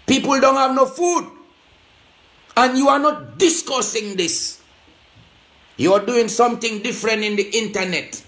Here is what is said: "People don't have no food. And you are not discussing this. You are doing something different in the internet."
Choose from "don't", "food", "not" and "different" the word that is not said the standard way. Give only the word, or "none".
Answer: none